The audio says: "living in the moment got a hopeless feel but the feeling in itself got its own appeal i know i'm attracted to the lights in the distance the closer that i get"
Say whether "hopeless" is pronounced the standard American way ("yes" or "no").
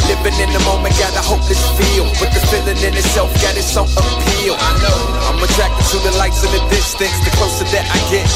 no